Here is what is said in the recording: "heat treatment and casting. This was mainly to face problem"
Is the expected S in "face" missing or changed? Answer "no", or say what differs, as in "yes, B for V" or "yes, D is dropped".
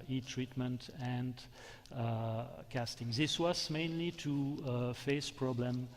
no